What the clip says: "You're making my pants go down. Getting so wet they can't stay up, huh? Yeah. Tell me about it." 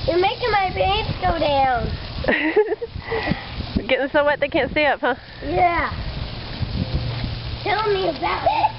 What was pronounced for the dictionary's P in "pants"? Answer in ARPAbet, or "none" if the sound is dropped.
B